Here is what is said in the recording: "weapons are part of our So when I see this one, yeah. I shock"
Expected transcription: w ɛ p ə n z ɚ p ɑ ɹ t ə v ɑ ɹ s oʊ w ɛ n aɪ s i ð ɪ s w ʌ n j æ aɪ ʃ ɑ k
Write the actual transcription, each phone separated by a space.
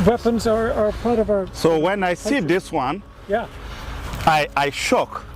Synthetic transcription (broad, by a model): w ɛ p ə n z ɚ p ɑ ɹ t ə v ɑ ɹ s oʊ w ɛ n aɪ s i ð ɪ s w ʌ n j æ aɪ ʃ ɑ k